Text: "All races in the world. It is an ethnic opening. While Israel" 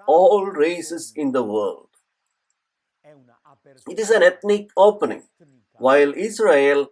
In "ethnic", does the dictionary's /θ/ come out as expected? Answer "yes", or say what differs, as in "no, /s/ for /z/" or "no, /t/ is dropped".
no, /t/ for /θ/